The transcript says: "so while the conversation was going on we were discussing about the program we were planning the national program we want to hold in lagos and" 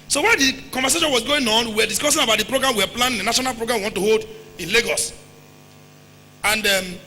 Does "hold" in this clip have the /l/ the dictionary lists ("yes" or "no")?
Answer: yes